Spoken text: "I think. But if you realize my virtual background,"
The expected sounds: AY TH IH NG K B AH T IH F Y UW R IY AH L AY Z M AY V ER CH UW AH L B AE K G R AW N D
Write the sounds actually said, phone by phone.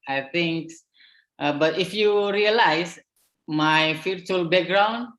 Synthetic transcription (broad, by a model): AY T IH NG K B AH T IH F Y UW R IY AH L AY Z M AY F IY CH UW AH L B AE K G R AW N D